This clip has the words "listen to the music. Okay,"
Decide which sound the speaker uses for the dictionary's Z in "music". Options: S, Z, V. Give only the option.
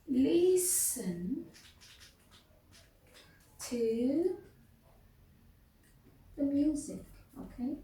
Z